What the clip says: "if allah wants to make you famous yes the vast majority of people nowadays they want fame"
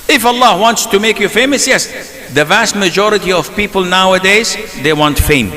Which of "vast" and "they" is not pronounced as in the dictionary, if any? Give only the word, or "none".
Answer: none